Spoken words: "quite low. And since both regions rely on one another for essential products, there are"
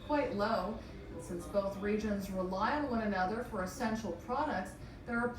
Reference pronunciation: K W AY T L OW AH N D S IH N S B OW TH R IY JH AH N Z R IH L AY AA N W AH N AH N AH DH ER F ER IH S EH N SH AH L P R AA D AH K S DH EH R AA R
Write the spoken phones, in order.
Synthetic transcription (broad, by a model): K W AY T L OW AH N S IH N S B OW TH R IY JH AH N Z R IH L AY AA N W AH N AH N AH DH ER F ER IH S EH N SH L P R AA D AH K S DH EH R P